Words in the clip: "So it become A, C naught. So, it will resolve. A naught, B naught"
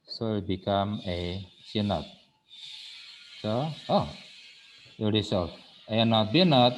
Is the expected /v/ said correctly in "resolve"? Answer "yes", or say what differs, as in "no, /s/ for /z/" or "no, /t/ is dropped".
no, /v/ is dropped